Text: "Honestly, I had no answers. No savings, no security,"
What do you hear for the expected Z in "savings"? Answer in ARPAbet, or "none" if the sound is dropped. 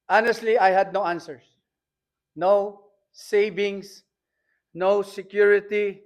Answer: S